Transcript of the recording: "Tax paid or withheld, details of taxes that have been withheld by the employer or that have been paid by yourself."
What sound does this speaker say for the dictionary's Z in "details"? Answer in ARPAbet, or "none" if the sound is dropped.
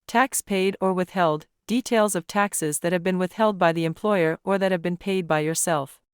Z